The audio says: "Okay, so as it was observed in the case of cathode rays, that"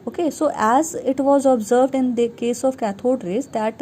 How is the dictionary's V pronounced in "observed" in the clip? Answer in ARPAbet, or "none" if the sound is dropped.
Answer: V